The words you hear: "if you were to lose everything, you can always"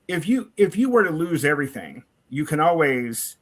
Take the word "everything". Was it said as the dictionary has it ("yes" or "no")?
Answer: yes